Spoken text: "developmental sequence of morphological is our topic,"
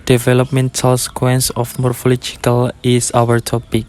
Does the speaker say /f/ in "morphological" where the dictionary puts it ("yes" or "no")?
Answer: yes